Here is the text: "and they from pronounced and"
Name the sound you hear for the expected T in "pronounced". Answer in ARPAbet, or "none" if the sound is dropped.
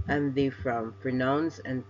none